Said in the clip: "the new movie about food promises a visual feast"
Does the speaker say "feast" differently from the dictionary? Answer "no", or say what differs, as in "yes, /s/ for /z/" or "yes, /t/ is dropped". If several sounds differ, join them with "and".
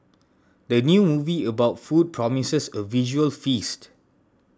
no